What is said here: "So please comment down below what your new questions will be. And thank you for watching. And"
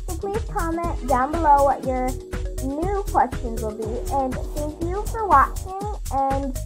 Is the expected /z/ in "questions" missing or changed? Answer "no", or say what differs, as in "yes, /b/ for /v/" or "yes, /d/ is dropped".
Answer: no